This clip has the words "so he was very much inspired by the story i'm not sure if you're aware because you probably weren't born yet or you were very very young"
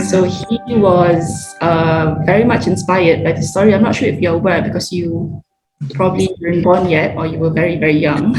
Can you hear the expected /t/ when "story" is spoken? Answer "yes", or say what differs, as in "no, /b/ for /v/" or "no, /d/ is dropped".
no, /s/ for /t/